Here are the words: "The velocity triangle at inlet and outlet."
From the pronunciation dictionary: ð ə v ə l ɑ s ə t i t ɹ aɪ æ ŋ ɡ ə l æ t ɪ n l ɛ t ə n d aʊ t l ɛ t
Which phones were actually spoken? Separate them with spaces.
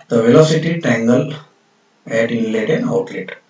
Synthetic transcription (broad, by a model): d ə v ə l ɑ s ə t i t ɛ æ ŋ ɡ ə l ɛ t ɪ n l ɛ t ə n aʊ t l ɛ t